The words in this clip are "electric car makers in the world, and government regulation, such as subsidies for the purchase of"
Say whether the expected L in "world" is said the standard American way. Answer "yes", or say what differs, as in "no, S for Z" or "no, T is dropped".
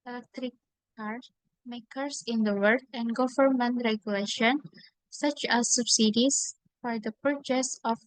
no, L is dropped